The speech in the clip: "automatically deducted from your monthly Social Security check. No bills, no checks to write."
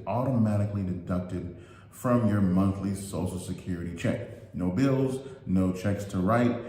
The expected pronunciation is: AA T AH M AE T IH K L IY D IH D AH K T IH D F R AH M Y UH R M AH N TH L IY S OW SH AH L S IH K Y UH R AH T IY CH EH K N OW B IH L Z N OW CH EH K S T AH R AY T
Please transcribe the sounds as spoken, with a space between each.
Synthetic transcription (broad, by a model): AA T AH M AE T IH K L IY D IH D AH K T IH D F R AH M Y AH R M AH N TH L IY S OW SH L S IH K Y UH R AH T IY CH EH K N OW B IH L Z N OW CH EH K S T AH R AY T